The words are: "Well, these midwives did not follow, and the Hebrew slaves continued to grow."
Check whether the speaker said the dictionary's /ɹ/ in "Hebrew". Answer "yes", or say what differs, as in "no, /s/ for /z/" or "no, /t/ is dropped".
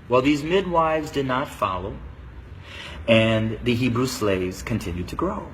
yes